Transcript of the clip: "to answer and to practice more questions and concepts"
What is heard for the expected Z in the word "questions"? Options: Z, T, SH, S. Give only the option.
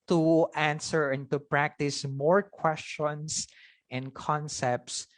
S